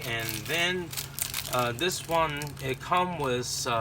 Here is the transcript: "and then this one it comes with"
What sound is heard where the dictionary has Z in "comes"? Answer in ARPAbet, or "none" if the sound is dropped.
none